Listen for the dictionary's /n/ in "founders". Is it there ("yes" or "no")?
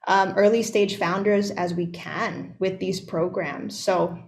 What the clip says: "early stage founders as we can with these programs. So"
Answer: yes